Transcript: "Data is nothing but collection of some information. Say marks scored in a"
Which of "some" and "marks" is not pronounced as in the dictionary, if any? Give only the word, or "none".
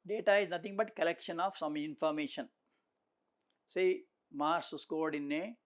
marks